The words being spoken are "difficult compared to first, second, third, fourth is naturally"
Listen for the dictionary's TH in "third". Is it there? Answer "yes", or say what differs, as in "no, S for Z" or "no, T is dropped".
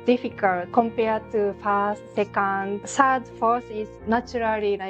no, S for TH